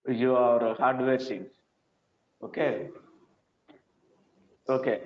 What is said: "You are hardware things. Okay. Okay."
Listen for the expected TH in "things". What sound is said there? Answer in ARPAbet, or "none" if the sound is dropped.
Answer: S